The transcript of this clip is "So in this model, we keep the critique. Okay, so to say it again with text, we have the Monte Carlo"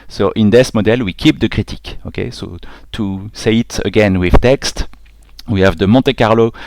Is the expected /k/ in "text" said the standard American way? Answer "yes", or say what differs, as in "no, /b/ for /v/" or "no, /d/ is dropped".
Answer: yes